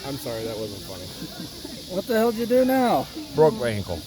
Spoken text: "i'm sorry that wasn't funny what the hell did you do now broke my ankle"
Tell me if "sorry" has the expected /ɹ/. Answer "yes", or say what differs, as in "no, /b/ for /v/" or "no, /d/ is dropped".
yes